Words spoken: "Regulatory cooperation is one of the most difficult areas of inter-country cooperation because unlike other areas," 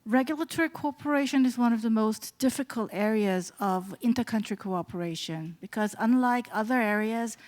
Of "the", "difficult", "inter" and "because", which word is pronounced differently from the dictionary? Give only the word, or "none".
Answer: none